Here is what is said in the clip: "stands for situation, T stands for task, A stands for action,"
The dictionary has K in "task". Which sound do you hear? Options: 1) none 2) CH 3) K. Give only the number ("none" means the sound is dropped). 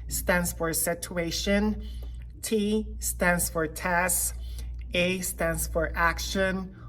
1